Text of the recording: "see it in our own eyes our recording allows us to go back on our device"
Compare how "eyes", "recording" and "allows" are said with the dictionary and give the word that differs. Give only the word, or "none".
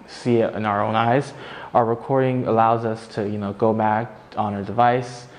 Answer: none